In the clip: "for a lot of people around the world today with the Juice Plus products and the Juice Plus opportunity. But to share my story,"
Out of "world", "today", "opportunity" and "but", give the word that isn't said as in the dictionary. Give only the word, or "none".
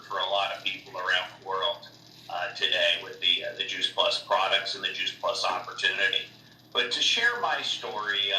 none